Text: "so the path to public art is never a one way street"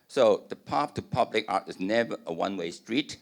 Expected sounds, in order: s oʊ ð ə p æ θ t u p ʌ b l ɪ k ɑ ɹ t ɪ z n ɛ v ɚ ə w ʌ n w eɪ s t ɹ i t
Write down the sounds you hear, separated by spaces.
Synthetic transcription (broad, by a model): s oʊ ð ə p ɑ f t u p ʌ b l ɪ k ɑ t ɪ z n ɛ v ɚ ə w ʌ n w eɪ s t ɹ i t